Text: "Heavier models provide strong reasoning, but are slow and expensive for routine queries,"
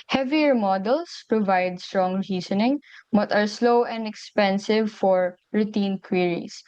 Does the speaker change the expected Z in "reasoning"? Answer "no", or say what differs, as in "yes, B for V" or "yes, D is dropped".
yes, S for Z